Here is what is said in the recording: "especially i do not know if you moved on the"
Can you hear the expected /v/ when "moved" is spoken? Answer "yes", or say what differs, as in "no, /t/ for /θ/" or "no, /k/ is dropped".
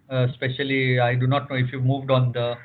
yes